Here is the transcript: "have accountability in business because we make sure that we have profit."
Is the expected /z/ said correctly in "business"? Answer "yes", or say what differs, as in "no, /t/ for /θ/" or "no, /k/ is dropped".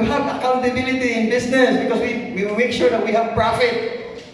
no, /s/ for /z/